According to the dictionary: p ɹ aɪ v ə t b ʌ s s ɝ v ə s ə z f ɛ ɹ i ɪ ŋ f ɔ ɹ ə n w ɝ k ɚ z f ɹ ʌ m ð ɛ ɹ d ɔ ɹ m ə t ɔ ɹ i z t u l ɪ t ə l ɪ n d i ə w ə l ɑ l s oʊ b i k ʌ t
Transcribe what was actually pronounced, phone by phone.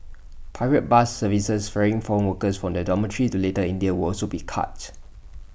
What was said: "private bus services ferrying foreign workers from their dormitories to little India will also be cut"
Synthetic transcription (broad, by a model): p aɪ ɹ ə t b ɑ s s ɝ v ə s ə s f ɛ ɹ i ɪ ŋ f ɔ ɹ ə n w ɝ k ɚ s f ɹ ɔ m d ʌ d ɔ m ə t ɹ i t u l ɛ t ə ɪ n d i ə w ə l ɑ l s oʊ b i k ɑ t